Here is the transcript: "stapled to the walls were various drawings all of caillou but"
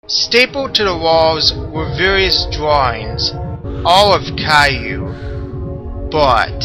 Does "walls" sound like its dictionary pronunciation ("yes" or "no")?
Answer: yes